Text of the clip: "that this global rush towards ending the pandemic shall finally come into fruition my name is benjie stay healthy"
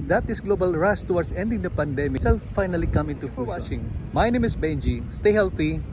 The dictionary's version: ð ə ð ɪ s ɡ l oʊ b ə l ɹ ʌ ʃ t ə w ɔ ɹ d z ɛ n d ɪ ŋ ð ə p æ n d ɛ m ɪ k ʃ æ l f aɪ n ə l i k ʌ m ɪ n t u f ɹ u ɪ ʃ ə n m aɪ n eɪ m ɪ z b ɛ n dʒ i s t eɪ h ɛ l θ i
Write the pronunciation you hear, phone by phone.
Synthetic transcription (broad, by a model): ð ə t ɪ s ɡ l oʊ b ə l ɹ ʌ s t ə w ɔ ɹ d s ɛ n d ɪ ŋ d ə p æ n d ɛ m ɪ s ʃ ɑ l f aɪ n ə l i k ʌ m ɪ n t u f w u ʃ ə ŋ m aɪ n eɪ m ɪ s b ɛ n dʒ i s t eɪ h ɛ l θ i